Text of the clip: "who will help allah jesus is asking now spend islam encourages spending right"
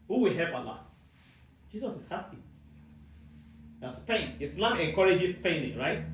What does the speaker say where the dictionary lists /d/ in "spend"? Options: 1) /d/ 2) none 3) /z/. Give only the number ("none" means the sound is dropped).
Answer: 2